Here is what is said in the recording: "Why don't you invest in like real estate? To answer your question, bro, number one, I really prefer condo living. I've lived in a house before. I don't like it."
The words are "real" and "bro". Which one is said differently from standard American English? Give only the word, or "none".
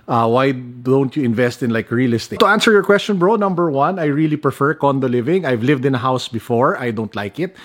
none